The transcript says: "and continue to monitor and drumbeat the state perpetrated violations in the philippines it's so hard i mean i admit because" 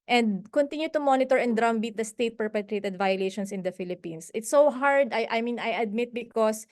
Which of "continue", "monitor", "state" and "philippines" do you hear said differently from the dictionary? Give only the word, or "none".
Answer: philippines